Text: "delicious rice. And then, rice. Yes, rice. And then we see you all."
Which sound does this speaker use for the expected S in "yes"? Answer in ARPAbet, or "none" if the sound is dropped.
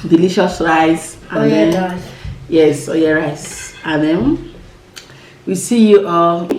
none